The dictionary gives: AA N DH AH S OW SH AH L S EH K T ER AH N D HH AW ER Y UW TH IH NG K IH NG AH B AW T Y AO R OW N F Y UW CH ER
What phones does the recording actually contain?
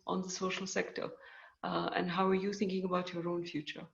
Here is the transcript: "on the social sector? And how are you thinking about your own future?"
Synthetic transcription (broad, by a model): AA N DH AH S OW SH AH L S EH K T ER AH N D HH AW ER Y UW TH IH NG K IH NG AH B AW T Y AO R OW N F Y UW CH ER